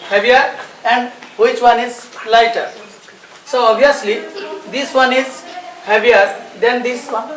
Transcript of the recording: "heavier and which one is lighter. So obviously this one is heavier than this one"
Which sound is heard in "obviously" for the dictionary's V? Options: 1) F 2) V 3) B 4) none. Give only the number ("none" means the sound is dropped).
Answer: 4